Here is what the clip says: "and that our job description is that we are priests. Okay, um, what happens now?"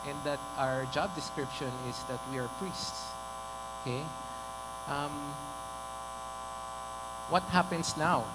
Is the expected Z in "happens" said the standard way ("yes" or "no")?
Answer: no